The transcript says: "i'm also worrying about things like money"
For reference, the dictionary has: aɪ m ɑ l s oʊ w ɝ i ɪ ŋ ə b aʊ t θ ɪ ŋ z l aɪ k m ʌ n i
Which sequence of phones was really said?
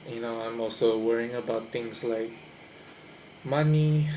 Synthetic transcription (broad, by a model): aɪ m ɑ l s oʊ w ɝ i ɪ ŋ ə b aʊ t t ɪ ŋ s l aɪ k m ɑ n i